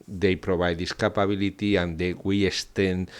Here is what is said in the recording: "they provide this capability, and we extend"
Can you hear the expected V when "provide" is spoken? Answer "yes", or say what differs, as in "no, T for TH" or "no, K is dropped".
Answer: no, B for V